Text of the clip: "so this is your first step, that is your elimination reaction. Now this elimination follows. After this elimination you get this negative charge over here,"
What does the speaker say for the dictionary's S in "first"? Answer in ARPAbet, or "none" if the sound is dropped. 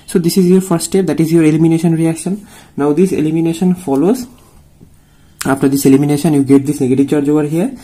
none